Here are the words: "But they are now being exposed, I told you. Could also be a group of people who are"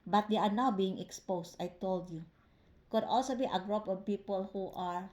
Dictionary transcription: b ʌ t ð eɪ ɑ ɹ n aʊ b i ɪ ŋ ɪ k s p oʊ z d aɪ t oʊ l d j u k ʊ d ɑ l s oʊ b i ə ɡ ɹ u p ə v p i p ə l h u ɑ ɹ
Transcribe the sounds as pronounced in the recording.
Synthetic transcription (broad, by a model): b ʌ t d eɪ ɑ ɹ n aʊ b i ɪ ŋ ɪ k s p oʊ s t aɪ t oʊ l d j u k ʊ d ɑ l s oʊ b i ə ɡ ɹ u p ə v p i p ə l h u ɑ ɹ